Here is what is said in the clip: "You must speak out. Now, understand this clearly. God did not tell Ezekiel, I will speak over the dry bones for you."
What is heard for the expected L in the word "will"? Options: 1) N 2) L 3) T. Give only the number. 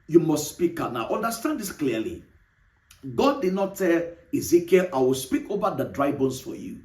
2